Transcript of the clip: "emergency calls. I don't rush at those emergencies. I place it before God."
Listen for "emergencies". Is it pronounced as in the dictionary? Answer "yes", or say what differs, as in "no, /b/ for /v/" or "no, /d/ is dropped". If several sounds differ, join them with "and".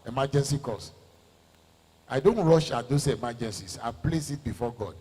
no, /s/ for /z/